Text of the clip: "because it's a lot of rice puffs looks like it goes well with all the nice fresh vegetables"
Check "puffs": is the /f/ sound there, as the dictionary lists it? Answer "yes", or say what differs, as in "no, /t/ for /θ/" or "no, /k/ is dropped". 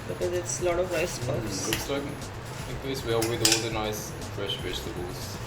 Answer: no, /f/ is dropped